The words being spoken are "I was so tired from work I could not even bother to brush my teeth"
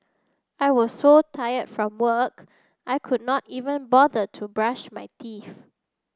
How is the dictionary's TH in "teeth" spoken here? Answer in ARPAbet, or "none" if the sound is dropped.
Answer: F